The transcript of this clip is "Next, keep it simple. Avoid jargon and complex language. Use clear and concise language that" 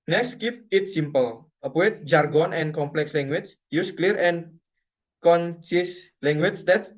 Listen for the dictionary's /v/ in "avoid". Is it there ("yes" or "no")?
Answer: no